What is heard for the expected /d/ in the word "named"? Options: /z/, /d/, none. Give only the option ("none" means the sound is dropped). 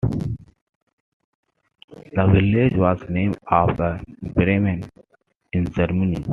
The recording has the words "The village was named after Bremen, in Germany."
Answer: none